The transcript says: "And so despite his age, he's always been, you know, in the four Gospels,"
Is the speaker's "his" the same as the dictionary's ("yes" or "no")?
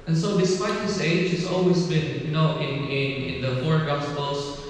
no